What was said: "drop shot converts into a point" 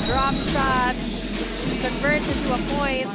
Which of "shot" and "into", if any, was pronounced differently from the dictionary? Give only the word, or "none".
shot